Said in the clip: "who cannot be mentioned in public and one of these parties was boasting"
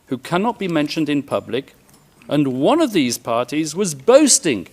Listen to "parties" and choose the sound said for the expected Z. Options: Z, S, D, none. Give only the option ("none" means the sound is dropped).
Z